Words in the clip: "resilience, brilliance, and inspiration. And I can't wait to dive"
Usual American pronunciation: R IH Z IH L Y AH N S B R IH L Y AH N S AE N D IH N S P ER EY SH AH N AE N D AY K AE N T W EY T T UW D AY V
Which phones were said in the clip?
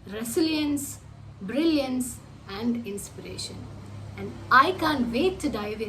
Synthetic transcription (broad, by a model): R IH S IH L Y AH N S B R IH L Y AH N S AE N D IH N S P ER EY SH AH N AE N D AY K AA N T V EY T T UW D AY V